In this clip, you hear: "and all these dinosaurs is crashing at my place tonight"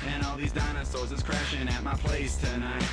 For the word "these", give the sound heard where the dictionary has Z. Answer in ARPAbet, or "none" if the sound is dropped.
Z